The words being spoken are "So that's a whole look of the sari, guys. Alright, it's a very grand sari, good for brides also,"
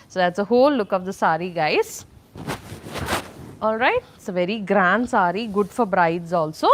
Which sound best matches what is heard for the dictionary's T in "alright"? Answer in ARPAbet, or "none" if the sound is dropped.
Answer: none